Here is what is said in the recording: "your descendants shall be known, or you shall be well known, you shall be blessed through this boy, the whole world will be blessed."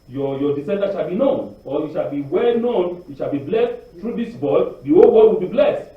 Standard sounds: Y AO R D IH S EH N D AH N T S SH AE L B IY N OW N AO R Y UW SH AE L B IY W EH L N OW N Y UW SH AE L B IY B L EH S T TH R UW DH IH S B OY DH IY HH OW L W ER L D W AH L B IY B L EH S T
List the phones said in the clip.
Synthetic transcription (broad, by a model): Y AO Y D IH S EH N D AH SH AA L B IY N OW N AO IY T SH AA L B IY W EH L N OW N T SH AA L B IY B L EH S T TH R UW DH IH S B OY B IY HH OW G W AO D W AH L B IY B L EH S T